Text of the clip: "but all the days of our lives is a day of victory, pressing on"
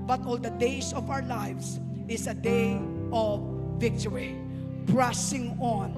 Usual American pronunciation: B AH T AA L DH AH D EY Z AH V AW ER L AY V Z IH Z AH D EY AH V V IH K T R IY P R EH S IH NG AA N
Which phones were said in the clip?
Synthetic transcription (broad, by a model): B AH T AA L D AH D EY S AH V AW ER L AY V S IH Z AH D EY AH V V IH K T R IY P R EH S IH NG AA N